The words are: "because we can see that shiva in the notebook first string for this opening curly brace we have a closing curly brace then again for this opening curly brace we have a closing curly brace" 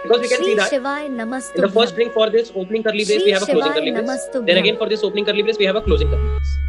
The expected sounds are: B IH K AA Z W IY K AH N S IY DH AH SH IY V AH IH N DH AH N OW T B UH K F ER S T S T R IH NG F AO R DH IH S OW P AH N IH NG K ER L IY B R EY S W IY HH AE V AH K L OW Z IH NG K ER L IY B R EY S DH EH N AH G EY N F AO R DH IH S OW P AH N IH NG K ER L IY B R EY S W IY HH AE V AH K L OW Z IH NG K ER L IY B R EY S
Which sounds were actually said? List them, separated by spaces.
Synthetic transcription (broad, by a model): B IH K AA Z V IY K AH N S IY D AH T IH N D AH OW F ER T S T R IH NG F AO R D IH S OW P AH N IH NG K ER L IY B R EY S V IY HH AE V AH K L OW Z IH NG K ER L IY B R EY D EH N AH G EY N F AO R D IH S OW P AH N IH NG K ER L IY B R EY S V IY HH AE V AH K L OW Z IH NG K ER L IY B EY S